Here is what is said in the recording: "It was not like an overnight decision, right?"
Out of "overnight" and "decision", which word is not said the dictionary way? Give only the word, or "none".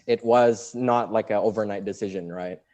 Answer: none